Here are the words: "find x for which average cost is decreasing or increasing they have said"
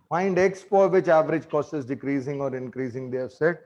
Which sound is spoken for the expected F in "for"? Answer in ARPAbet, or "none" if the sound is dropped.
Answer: P